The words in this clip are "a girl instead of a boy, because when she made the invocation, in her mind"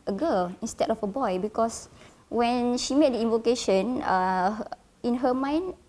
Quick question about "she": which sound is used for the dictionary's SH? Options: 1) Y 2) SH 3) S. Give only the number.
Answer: 2